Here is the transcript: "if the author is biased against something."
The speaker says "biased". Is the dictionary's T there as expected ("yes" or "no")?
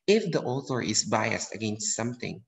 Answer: yes